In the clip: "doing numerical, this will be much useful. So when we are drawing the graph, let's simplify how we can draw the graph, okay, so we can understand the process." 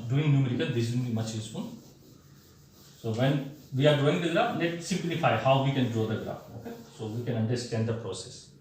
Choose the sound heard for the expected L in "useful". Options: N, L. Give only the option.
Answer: N